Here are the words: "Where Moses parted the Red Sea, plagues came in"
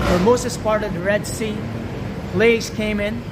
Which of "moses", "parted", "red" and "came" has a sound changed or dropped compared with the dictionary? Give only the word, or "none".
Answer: moses